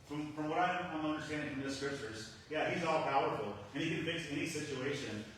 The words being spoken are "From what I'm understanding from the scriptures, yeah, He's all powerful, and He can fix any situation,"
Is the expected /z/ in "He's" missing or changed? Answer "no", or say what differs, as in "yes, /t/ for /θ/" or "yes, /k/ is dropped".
no